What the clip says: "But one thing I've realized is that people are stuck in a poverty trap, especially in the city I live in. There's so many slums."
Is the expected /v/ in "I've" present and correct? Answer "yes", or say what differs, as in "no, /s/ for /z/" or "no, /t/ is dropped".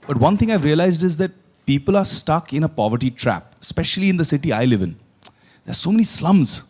yes